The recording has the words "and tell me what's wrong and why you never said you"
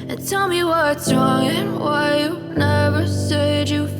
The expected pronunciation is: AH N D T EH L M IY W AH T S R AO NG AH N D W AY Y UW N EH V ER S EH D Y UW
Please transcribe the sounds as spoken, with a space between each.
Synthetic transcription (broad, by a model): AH N T EH L M IY W AH T S R AO NG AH N W AY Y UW N EH V ER S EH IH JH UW